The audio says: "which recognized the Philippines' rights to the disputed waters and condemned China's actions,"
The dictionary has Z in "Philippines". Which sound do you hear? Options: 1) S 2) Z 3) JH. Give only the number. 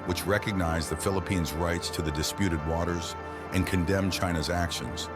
2